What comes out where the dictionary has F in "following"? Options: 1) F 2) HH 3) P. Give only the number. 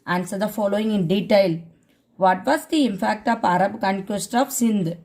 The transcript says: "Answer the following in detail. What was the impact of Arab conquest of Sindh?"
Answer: 1